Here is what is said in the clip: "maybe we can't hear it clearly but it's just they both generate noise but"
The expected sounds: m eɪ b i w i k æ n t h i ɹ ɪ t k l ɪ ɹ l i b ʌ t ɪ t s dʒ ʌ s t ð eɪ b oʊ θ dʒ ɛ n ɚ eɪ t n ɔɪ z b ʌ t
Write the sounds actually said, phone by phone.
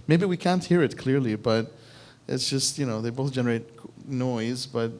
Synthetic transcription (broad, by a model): m eɪ b i w i k æ n t h i ɹ ɪ t k l ɪ ɹ l i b ʌ t ɪ t s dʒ ʌ s t ð eɪ b oʊ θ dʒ ɛ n ɚ eɪ t n ɔɪ z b ʌ t